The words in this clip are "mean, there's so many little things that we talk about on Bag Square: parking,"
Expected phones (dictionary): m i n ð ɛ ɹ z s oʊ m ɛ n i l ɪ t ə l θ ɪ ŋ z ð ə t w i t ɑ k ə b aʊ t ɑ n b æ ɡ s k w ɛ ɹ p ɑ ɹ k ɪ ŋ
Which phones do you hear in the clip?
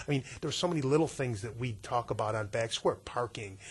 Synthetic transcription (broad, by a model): m i n ð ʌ ɹ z s oʊ m ɛ n i l ɪ t l θ ɪ ŋ z ð ə t w i t ɑ k ə b aʊ t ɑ n b æ ɡ s k w ɛ ɹ p ɑ ɹ k ɪ ŋ